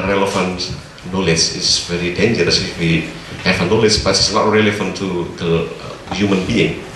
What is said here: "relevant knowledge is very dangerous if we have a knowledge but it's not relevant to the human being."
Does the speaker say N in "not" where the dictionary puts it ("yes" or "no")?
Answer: no